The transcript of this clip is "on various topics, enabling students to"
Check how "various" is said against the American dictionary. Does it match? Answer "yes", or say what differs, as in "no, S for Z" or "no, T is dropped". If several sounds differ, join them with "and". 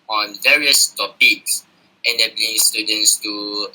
yes